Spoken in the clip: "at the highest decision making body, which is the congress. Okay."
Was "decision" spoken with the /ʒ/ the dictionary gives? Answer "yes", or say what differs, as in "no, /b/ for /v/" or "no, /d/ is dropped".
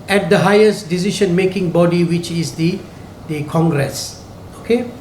no, /ʃ/ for /ʒ/